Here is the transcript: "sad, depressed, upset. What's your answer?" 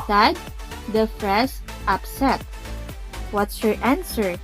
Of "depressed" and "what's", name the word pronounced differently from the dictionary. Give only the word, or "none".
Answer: depressed